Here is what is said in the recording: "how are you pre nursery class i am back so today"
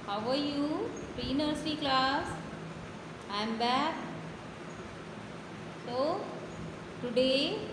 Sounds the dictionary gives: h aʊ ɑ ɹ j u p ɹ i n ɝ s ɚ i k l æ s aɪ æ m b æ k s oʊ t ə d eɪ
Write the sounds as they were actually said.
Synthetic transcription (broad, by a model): h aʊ ɑ ɹ j u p ɹ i n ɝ s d i k l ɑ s aɪ m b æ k s oʊ t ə d eɪ